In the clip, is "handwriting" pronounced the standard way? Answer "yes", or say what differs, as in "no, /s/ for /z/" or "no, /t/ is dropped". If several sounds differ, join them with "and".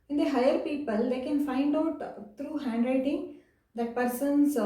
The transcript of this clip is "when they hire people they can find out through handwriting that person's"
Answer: yes